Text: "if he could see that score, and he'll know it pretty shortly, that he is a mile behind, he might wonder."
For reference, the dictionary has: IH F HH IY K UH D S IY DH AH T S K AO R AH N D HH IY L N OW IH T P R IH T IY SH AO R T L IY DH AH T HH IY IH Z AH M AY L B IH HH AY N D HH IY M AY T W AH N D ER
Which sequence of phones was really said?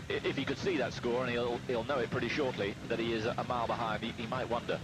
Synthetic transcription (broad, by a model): IH F HH IY K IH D S IY DH AH T S K AO R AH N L HH IY L N OW IH T P R IH T IY SH AO R T L IY DH AH T HH IY IH Z AH M AY L B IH HH AY N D HH IY M AY T W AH N D ER